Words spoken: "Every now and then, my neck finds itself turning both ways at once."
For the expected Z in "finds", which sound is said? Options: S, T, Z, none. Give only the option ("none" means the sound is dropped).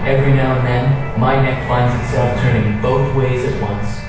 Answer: Z